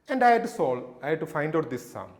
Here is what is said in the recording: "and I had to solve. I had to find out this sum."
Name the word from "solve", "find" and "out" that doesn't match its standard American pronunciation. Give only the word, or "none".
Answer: solve